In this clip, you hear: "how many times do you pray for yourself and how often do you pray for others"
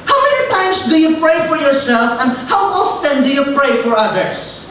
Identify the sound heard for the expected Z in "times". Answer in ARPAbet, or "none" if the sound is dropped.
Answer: S